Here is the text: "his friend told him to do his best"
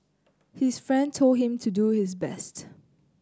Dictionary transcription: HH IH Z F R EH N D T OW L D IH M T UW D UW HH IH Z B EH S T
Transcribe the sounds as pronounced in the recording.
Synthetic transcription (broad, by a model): HH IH S F R EH N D T OW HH IH M T UW D UW HH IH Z B EH S T